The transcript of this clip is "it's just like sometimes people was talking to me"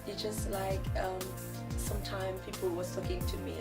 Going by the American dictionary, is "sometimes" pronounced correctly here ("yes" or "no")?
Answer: no